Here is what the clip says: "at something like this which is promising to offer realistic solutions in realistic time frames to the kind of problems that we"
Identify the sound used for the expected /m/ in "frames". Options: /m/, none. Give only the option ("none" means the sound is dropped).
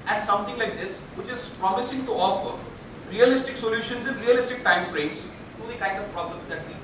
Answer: none